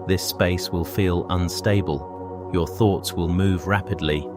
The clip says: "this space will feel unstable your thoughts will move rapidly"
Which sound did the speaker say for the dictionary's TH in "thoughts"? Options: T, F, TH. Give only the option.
TH